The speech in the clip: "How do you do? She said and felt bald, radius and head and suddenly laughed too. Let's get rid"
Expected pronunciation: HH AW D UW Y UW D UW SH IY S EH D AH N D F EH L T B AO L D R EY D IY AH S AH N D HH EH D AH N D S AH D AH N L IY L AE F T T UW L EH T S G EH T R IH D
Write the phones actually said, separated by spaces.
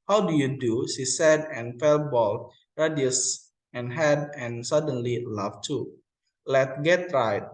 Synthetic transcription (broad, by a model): HH AW D UW Y UW D UW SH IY S EH D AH N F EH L B AO L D R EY D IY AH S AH N HH EH D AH N S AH D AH N L IY L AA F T T UW L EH T G EH T R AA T